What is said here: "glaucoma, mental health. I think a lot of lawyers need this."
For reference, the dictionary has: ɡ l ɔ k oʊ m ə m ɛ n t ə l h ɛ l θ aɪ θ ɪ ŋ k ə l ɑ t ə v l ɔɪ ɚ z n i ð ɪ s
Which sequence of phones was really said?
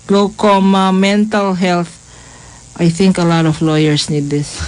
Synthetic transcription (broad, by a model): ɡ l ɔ k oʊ m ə m ɛ n t ə l h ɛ l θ aɪ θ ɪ ŋ k ə l ɑ t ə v l ɔɪ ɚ s n i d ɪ s